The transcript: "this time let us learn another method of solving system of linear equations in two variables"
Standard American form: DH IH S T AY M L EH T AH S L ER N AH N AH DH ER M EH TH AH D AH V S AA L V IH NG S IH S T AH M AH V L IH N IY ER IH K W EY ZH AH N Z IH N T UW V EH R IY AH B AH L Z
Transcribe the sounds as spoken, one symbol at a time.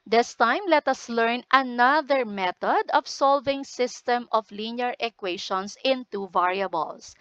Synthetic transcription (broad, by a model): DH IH S T AY M L EH T AH S L ER N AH N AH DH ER M EH T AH D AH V S AA L V IH NG S IH S T AH M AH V L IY N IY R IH K W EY SH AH N S IH N T UW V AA R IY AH B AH L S